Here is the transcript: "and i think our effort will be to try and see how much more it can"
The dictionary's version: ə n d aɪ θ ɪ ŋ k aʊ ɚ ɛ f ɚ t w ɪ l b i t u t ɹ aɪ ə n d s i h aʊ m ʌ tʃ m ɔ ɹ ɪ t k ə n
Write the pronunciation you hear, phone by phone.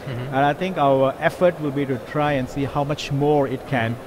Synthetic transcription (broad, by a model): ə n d aɪ t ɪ ŋ k aʊ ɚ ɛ f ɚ t w ɪ l b i t u t ɹ aɪ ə n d s i h aʊ m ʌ tʃ m ɔ ɹ ɪ t k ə n